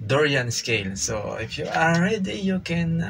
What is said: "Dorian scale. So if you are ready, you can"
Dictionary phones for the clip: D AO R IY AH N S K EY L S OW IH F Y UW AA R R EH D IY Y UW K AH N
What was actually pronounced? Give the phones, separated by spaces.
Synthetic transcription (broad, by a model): D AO R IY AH N S K EY L S OW IH F Y UW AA L R EH D IY Y UW K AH N